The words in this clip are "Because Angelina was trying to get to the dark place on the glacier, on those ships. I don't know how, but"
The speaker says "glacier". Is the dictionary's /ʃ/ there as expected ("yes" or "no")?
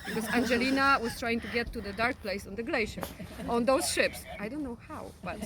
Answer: yes